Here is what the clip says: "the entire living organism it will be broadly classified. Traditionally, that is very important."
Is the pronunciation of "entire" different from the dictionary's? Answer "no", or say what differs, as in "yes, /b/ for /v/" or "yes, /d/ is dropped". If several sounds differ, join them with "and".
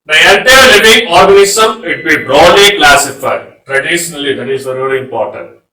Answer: yes, /l/ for /n/